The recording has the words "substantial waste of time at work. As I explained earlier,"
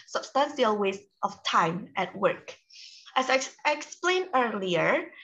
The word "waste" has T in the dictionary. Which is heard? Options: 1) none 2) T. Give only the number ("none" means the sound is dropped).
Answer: 2